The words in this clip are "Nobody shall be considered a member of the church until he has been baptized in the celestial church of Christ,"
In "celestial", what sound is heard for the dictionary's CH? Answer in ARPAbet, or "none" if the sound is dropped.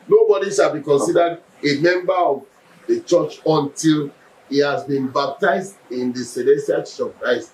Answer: none